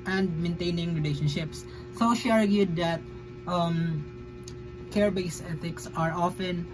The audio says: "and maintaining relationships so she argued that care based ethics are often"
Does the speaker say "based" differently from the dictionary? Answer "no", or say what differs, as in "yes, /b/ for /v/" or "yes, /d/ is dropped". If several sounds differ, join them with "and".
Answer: yes, /t/ is dropped